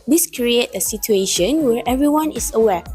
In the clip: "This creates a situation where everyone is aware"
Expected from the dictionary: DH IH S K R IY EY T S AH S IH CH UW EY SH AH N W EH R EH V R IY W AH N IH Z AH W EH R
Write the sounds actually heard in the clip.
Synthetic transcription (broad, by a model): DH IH S K R IY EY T AH S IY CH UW EY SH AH N W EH R EH V R IY W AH N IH S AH W EH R